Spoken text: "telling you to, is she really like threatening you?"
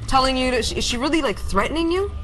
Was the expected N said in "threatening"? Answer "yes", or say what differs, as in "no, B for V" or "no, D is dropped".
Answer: yes